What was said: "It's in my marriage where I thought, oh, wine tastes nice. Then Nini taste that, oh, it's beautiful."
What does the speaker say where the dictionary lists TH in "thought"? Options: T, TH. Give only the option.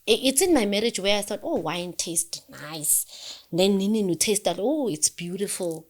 TH